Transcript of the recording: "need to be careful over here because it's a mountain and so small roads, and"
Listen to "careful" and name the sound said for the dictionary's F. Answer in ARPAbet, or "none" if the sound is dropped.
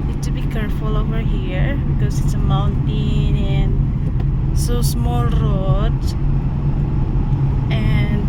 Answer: F